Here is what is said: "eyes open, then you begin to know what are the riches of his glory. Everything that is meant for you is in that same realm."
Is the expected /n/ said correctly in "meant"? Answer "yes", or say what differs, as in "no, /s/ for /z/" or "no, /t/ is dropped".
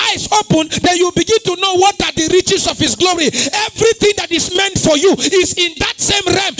yes